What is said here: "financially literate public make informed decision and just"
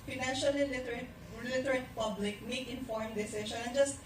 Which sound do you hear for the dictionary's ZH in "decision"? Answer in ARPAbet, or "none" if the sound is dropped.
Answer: SH